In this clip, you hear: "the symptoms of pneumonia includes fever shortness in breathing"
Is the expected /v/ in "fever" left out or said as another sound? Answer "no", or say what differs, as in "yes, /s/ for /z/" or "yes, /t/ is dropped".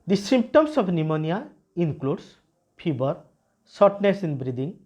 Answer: yes, /b/ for /v/